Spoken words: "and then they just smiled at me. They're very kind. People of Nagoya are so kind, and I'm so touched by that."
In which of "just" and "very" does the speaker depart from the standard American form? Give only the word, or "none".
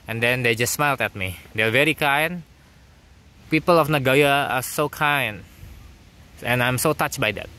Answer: none